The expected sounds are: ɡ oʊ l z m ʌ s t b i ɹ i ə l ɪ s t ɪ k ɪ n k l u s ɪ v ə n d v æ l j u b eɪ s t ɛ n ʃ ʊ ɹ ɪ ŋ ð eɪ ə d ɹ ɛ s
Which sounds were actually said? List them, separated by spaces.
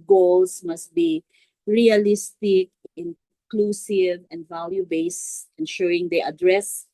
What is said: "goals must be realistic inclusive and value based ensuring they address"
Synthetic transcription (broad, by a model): ɡ oʊ l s m ʌ s t b i ɹ i ə l ɪ s t ɪ k ɪ n k l u s ɪ v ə n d v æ l j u b eɪ s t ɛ n ʃ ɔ ɪ ŋ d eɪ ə d ɹ ɛ s